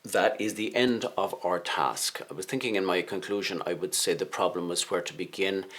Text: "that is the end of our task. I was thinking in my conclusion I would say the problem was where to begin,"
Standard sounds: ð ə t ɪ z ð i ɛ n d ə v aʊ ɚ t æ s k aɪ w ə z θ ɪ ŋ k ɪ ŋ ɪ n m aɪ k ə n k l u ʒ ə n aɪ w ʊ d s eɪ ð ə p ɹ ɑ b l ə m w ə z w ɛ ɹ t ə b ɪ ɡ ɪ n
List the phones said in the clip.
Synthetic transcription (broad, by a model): ð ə t ɪ z ð i ɛ n d ə v aʊ ɚ t æ s k aɪ w ə z θ ɪ ŋ k ɪ ŋ ɪ n m aɪ k ə n k l u ʒ ə n aɪ w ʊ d s eɪ ð ə p ɹ ɑ b l ə m w ə z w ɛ ɹ t ə b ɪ ɡ ɪ n